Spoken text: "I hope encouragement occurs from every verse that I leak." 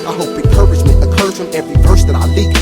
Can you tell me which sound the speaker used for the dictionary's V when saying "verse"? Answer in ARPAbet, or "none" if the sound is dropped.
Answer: P